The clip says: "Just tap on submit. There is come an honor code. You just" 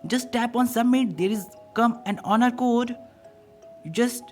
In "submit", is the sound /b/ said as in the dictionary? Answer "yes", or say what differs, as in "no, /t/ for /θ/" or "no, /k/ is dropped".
no, /b/ is dropped